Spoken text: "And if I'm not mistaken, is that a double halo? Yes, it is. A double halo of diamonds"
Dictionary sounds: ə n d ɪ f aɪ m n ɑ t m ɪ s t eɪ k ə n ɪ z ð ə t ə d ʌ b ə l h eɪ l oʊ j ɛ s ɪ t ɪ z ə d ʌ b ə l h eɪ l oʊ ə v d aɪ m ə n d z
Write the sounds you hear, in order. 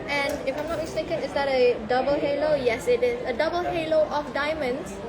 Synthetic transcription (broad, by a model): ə n ɪ f aɪ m n ɑ t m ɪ s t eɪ k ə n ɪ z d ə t ə d ʌ b ə l h eɪ l oʊ j ɛ s ɪ t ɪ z ə d ʌ b ə l h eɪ l oʊ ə f d aɪ m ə n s